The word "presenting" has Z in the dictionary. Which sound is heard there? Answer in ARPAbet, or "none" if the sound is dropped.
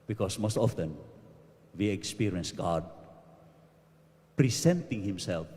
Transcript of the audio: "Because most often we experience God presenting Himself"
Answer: S